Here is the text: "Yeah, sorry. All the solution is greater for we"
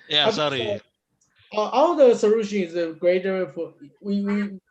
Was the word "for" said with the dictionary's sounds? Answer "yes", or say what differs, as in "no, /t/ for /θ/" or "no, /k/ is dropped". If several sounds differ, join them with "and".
no, /w/ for /ɹ/